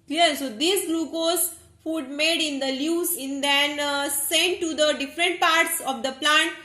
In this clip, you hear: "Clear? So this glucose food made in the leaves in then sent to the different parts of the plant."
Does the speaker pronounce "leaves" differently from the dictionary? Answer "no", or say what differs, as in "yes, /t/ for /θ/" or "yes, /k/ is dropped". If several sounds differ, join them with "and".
yes, /v/ is dropped